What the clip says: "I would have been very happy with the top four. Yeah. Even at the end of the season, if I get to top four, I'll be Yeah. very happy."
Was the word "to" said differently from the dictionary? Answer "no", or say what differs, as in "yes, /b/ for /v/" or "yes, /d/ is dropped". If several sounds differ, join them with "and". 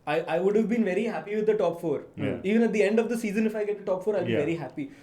no